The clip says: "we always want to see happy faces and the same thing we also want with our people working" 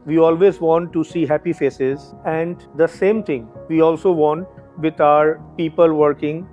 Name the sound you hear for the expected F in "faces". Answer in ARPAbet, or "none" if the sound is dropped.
F